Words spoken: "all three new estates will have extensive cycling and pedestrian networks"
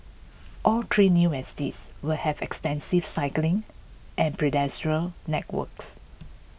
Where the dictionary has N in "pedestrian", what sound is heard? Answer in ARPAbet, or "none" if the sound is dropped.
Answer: L